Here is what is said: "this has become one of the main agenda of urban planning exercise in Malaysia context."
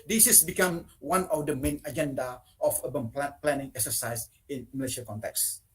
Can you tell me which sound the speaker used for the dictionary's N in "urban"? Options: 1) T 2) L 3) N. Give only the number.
2